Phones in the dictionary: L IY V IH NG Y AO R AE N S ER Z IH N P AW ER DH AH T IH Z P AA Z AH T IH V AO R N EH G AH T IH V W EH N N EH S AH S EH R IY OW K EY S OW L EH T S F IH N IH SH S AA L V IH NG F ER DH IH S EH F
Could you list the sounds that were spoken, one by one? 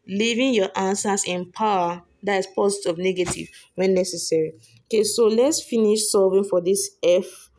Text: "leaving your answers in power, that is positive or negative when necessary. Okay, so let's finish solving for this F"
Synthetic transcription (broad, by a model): L IY V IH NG Y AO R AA N S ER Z IH N P AW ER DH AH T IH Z P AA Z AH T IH AO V N EH G AH T IH V W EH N N EH S AH S EH R IY OW K EY S OW L EH T S F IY N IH SH S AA V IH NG F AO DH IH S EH F